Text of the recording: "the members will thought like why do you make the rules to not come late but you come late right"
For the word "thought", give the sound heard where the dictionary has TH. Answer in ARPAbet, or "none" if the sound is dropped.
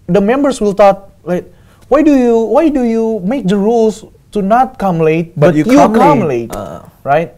T